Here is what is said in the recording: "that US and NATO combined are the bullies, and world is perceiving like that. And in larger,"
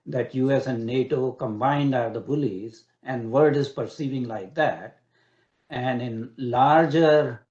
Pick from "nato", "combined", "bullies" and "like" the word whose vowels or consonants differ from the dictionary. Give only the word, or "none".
none